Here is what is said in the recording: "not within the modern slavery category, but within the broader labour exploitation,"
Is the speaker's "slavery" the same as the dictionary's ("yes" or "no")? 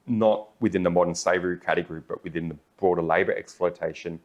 no